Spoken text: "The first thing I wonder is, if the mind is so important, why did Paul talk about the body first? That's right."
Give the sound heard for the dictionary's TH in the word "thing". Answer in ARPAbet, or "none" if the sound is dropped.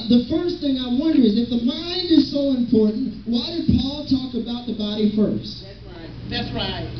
TH